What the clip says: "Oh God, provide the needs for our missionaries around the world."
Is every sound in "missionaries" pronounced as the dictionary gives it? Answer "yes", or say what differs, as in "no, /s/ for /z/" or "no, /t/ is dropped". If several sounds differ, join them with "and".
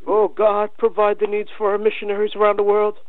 yes